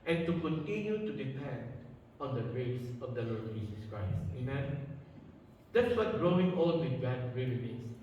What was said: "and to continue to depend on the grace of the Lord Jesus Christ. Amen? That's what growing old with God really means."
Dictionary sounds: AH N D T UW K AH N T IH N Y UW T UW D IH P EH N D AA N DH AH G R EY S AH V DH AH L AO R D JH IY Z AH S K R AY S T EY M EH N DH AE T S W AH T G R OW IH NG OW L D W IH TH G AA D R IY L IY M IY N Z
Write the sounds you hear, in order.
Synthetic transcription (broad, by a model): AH N T UW K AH N T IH N Y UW T UW D IH P EH N D AA N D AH G R EY S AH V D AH L AO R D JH IY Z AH S K R AY S T EY M EH N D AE T S W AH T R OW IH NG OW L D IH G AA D R IY L IY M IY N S